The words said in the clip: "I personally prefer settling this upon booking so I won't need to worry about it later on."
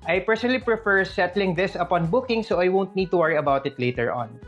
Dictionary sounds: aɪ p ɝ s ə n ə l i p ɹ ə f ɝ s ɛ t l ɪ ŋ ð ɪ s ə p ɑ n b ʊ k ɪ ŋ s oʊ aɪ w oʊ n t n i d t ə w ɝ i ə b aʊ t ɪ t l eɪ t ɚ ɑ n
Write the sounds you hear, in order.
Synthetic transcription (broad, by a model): aɪ p ɝ s ə n ə l i p ɹ ə f ɝ s ɛ t l ɪ ŋ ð ɪ s ə p ɑ n b ʊ k ɪ ŋ s oʊ aɪ w oʊ n t n i d t ə w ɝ i ə b aʊ t ɪ t l eɪ t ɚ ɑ n